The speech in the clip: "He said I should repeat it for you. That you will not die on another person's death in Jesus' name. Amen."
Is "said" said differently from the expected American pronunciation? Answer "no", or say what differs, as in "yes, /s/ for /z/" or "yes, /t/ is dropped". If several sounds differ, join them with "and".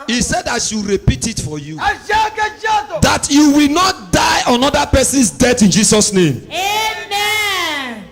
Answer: no